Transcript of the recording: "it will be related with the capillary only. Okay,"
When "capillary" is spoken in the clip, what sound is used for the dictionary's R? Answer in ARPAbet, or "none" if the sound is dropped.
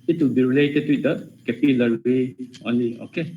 W